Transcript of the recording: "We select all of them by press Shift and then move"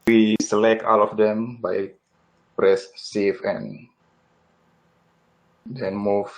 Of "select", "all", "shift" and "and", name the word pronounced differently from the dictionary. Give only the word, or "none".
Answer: shift